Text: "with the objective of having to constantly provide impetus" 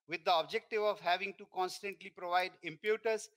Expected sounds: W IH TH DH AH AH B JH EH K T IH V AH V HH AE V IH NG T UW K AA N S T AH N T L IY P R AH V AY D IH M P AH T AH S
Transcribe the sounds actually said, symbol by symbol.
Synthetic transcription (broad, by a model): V IH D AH AH B JH EH K T IH V AH V HH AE V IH NG T UW K AA N S T AH N T L IY P R AH V AY D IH M P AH T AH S